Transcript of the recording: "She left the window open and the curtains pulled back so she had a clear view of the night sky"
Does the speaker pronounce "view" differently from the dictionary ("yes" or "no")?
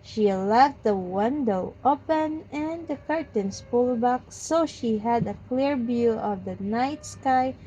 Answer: yes